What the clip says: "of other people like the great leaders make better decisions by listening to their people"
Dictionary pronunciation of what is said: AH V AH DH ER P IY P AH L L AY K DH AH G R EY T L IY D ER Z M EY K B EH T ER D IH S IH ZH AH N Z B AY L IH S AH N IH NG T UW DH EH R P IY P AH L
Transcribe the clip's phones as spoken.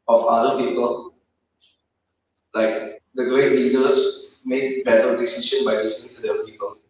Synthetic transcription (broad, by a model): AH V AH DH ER P IY P AH L L AY K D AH G R EY T L IY D ER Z M EY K B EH T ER D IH S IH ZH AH N B AY L IH S AH N IH NG T UW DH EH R P IY P AH L